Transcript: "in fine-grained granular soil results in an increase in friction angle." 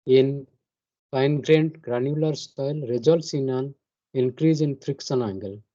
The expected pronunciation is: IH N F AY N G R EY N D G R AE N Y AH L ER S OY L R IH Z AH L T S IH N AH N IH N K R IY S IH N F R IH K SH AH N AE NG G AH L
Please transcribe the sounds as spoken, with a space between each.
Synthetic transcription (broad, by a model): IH N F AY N G R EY N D G R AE N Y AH L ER S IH L R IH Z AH L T S IH N AH N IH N K R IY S IH N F R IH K S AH N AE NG G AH L